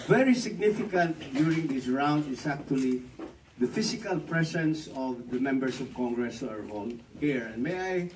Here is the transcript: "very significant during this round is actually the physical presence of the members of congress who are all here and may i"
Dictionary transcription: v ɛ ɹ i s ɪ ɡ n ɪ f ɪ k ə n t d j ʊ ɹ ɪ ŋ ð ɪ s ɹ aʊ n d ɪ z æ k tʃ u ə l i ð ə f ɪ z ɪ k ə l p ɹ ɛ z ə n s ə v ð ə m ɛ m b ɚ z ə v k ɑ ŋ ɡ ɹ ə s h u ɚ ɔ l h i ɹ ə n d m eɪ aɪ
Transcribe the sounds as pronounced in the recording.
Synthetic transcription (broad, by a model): v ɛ ɹ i s ɪ ɡ n ɪ f ɪ k ə n t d j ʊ ɹ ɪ ŋ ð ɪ s ɹ aʊ n d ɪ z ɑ k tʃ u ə l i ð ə f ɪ s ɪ k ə l p ɹ ɛ s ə n s ə v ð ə m ɛ m b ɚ s ə v k ɑ ŋ ɡ ɹ ə s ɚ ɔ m h i ɹ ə n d m eɪ aɪ